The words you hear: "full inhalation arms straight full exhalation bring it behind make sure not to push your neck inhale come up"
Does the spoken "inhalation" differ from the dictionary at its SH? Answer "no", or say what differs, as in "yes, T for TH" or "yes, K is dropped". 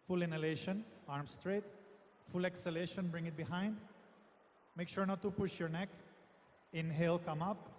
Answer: no